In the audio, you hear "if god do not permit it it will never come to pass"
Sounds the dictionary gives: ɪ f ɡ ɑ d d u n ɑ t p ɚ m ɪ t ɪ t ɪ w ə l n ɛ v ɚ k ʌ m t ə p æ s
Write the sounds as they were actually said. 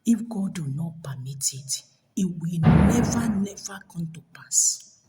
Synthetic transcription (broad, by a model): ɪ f ɡ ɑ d d u n ɑ t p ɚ m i t ɪ t ɪ w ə n n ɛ v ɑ k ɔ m t ə p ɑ s